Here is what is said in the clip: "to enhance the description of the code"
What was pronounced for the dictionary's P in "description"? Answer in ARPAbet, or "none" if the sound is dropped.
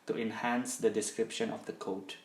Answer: P